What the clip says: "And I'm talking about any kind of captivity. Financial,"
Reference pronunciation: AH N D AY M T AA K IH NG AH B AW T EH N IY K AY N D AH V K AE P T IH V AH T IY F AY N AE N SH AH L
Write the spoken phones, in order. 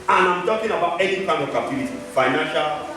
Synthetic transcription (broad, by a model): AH N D AY M T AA K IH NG AH B AW T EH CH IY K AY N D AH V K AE T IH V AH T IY F AY N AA N SH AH L